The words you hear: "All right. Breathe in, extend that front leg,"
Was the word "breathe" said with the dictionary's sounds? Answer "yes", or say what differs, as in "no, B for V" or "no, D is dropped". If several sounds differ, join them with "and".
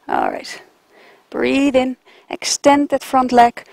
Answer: yes